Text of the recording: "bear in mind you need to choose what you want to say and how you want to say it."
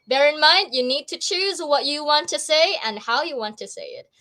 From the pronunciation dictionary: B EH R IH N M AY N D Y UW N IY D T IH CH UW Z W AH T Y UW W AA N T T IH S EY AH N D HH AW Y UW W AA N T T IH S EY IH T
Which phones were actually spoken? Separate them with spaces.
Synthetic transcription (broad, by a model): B EH R IH N M AY N D Y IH N IY D T IH CH UW Z W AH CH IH W AA N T T IH S EY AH N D HH AW Y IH W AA N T T IH S EY IH T